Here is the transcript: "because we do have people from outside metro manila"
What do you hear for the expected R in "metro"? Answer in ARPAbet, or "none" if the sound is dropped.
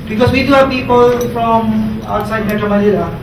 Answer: none